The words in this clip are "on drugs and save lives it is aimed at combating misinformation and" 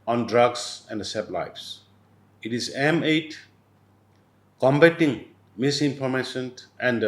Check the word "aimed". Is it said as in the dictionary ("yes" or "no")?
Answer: no